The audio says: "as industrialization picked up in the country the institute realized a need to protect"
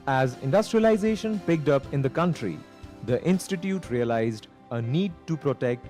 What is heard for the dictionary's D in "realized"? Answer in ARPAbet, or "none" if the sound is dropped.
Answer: D